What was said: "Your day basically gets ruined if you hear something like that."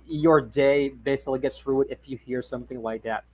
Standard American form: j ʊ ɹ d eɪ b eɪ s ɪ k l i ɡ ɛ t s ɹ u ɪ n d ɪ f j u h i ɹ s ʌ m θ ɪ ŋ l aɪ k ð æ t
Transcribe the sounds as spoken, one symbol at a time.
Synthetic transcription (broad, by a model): j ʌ ɹ d eɪ b eɪ s ɪ k l i ɡ ɛ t s ɹ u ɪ d ɪ f j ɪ h i ɹ s ʌ m θ ɪ ŋ l aɪ k ð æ t